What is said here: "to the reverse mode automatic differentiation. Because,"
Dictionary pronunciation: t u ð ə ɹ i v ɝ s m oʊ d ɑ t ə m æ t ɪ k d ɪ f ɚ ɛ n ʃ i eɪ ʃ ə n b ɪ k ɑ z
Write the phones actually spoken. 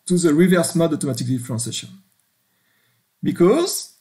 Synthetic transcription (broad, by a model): t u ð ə ɹ i v ɝ s m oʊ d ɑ t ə m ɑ t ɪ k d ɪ f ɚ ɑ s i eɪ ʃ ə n b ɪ k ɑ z